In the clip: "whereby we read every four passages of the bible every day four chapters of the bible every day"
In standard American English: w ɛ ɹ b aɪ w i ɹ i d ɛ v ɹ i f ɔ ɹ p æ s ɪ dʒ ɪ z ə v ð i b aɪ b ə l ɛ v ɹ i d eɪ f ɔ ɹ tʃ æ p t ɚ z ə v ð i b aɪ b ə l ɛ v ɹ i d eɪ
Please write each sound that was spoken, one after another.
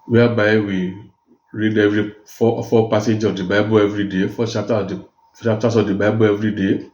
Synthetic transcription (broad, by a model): w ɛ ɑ b aɪ w i ɹ i d ɛ v ɹ i f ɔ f p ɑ s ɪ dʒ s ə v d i b aɪ b ə l ɛ v ɹ i d eɪ f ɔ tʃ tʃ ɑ p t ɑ s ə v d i b aɪ b ə l ɛ v ɹ i d eɪ